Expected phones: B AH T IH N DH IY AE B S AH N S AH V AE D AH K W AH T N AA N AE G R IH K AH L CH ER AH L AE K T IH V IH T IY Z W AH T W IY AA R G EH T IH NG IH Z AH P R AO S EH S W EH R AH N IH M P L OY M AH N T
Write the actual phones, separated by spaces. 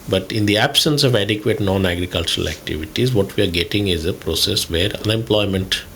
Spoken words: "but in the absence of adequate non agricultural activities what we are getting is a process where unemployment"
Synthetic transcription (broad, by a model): B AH T IH N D IY AE B S AH N S AH V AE D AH K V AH T N AA N AE G R IH K AH L CH ER AH L AE K T IH V IH T IY Z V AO T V IY AA R G EH T IH NG IH Z AH P R AO S EH S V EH R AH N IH M P L OY M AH N T